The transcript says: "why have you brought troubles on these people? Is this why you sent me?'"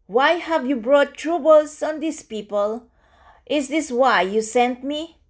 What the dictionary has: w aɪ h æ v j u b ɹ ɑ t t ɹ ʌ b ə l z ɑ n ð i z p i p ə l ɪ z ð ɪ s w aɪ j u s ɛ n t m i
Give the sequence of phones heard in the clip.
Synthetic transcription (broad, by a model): w aɪ h æ v j u b ɹ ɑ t t ɹ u b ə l s ɑ n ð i s p i p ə l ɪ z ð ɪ s w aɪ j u s ɛ n t m i